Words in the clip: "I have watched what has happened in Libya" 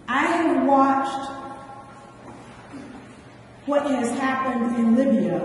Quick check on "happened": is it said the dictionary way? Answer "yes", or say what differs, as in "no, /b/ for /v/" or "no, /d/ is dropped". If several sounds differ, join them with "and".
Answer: yes